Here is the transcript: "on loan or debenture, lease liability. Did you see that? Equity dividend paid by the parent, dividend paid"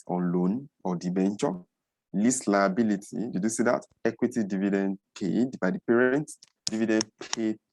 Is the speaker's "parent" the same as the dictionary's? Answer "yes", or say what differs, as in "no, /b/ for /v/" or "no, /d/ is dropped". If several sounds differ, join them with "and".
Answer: yes